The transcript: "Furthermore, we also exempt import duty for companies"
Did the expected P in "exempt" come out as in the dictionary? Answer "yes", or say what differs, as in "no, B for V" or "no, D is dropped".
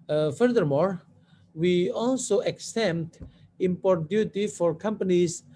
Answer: no, P is dropped